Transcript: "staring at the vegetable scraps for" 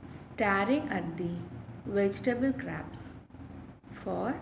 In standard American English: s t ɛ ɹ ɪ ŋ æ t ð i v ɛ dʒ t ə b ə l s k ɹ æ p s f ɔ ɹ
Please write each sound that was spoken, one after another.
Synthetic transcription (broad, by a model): s t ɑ ɹ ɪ ŋ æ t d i v ɛ dʒ t ə b ə l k ɹ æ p s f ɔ ɹ